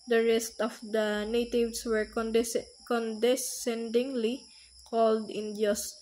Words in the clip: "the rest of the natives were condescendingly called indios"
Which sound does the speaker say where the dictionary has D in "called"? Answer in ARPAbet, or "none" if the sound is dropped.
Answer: D